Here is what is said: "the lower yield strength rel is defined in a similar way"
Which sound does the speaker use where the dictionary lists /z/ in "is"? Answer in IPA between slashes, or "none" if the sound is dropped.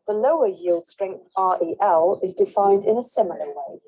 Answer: /z/